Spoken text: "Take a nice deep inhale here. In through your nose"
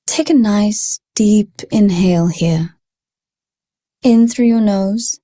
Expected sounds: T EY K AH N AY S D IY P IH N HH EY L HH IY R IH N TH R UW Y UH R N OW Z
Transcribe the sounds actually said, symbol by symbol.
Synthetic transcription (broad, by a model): T EY K AH N AY S D IY P IH N HH EY L HH IY R IH N TH R UW Y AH R N OW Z